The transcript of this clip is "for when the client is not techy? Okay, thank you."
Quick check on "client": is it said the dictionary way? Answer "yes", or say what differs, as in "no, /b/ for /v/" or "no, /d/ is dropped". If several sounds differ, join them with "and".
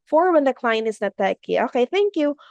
no, /t/ is dropped